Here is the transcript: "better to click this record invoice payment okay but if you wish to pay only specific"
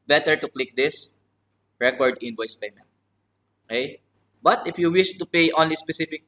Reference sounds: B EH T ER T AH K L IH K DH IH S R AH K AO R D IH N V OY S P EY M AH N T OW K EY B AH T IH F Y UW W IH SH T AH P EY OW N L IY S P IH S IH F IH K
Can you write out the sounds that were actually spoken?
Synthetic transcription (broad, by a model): B EH T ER T AH K L IH K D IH S R AH K AO R D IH N B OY S P EY M AH N T OW K EY B AH T IH F Y UW W IH SH T AH P EY OW N L IY S P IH S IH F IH K